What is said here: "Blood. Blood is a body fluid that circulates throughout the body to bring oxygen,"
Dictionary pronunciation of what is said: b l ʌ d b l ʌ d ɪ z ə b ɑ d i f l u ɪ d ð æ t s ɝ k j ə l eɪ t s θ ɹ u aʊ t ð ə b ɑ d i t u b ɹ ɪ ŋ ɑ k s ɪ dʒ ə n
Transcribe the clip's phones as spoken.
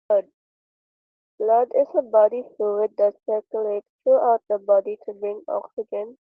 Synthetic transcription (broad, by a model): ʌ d b l ʌ d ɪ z ə b ɑ d i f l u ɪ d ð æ t s ɝ k j ə l eɪ t s t ɹ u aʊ t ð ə b ɑ d i t u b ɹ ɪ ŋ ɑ k s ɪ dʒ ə n